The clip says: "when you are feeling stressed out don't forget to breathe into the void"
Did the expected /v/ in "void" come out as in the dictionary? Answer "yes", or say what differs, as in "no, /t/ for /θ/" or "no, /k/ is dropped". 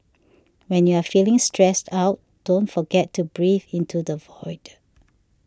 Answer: yes